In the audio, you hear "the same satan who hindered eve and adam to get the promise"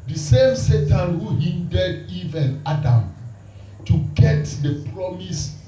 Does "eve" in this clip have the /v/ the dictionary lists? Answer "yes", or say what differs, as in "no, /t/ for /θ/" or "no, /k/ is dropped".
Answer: yes